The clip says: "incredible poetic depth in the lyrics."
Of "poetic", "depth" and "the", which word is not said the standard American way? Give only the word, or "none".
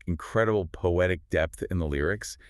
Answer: none